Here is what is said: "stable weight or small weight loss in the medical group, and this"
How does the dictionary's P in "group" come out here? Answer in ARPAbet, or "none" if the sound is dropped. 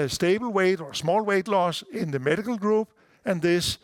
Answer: B